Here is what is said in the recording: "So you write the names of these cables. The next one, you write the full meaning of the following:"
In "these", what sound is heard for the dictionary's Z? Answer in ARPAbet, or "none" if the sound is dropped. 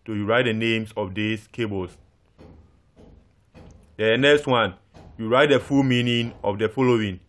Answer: S